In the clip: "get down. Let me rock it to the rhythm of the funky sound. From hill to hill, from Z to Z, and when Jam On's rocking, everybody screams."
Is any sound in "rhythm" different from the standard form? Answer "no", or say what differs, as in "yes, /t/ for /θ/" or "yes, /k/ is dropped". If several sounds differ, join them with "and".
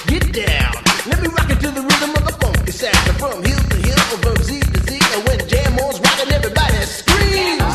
no